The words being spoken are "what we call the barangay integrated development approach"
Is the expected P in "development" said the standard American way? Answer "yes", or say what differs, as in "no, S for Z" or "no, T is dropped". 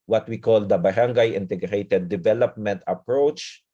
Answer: yes